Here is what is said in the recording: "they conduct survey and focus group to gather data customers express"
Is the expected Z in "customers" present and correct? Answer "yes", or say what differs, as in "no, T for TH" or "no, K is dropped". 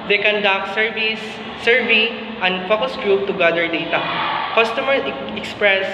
no, Z is dropped